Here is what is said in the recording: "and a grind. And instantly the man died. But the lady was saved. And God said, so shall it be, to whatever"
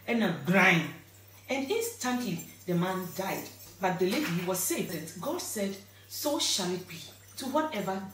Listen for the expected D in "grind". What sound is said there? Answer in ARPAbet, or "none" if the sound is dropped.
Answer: none